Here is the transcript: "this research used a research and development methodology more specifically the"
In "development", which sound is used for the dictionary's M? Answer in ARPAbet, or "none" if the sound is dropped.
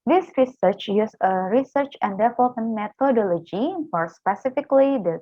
none